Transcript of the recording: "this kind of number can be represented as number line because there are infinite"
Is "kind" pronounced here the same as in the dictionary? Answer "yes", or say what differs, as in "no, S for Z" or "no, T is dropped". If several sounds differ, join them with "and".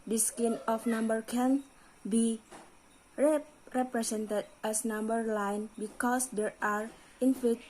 no, D is dropped